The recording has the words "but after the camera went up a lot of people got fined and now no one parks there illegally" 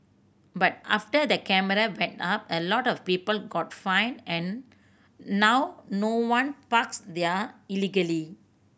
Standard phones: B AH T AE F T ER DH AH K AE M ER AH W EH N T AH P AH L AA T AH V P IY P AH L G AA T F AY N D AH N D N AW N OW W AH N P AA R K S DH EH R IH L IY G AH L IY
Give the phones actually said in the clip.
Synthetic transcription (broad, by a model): B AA T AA F T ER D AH K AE M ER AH W EH N T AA P AH L AA T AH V P IY P AH L G AA T F AY N AH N N AW N OW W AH N P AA K S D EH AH IH L IY G AH L IY